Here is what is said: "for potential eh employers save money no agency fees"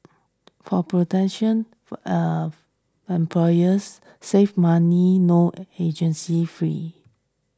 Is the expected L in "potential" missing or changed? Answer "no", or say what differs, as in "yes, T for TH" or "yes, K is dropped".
yes, N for L